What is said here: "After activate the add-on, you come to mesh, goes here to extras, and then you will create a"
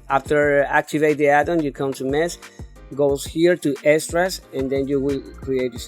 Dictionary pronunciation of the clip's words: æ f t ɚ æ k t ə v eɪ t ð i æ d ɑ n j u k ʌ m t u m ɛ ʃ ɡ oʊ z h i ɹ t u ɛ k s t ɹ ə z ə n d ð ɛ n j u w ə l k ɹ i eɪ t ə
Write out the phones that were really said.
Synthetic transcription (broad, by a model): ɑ f t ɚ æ k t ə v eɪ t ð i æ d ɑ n j u k ʌ m t u m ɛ s ɡ oʊ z h i ɹ t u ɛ s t ɹ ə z ə n d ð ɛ n j u w ə l k ɹ i eɪ t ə